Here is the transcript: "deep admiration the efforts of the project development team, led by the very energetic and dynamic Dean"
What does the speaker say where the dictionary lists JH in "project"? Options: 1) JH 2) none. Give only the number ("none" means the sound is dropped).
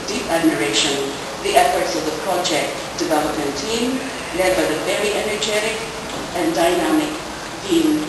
1